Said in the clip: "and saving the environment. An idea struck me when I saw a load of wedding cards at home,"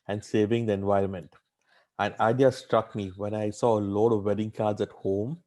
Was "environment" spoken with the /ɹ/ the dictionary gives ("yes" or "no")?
yes